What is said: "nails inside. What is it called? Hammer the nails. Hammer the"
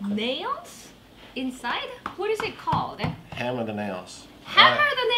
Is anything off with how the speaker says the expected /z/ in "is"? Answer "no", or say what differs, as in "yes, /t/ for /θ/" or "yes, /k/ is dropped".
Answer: no